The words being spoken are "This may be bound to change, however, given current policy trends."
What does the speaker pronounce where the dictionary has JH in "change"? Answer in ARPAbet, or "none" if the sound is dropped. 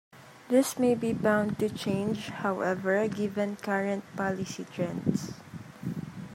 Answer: JH